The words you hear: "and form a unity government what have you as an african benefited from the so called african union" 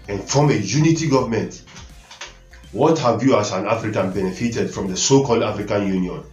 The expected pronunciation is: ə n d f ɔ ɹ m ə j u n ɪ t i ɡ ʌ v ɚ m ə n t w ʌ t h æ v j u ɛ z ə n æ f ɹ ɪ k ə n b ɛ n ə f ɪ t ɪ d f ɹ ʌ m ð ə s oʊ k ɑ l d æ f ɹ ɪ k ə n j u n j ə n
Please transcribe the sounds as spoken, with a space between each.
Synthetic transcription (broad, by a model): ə n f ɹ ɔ m ə j u n ɪ t i ɡ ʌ v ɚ m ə n t w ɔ t h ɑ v j u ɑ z ə n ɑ f ɹ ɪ k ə n b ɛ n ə f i t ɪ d f ɹ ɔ m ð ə s oʊ k ɑ l d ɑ f ɹ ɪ k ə n j u n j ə n